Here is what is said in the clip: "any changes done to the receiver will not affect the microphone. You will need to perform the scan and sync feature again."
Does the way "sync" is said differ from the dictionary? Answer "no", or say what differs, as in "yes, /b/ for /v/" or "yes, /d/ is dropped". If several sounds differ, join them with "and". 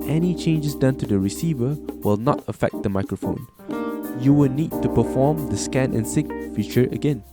yes, /ŋ/ is dropped